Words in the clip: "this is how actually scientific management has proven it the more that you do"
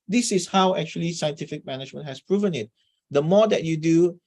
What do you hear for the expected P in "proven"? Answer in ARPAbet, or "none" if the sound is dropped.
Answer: P